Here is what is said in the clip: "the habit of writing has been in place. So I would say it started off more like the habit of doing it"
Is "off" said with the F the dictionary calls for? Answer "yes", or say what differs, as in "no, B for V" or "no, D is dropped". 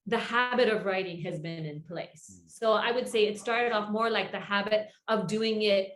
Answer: yes